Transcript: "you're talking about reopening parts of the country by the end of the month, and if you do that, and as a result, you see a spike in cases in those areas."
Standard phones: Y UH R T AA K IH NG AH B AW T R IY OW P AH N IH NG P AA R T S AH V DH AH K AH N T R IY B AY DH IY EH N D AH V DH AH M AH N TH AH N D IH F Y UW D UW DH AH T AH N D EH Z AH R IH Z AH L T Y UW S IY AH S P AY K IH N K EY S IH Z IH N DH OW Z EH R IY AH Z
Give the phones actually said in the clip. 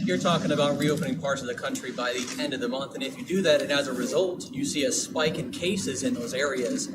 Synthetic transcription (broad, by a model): Y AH R T AA K IH NG AH B AW T R IY OW P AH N IH NG P AA R T S AH V DH AH K AH N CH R IY B AY DH IY EH N D AH V DH AH M AH N TH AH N IH F Y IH D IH DH AH T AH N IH Z AH R IH Z AH L T Y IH S IY AH S P AY K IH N K EY S IH Z IH N DH OW Z EH R IY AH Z